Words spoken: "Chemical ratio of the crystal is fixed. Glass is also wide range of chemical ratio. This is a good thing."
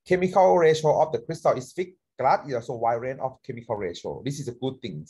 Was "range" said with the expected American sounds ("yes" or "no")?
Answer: no